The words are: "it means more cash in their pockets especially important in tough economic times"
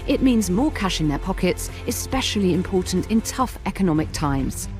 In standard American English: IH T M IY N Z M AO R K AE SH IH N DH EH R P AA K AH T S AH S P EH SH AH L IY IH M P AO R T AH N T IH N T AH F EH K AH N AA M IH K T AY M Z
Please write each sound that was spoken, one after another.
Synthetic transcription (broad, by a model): IH T M IY N Z M AO K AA SH IH N DH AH P AA K AH T S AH S P EH SH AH L IY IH M P AO T N T IH N T AH F EH K AH N AA M IH K T AY M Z